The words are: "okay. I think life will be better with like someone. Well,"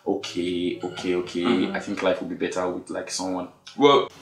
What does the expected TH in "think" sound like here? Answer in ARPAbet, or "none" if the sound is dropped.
TH